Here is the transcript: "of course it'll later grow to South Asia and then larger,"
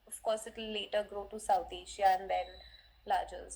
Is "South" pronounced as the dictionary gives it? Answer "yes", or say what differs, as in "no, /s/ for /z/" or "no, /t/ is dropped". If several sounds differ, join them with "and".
no, /t/ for /θ/